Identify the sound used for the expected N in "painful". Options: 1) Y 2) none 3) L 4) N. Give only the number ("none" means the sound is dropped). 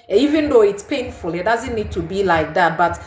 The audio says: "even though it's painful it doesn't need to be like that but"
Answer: 4